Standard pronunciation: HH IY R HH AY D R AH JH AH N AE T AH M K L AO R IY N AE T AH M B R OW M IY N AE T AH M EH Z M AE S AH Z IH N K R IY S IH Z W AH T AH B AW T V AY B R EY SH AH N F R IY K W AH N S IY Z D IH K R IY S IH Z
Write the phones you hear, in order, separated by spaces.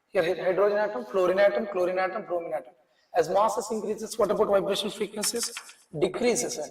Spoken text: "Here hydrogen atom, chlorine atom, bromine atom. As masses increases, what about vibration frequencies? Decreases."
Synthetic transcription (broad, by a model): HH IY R HH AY D R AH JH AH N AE T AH M K L AO R IY N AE T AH M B R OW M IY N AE T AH M EH Z M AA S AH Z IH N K R IY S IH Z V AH T AH B AW T V AY B R EY SH AH N F IY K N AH S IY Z D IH K R IY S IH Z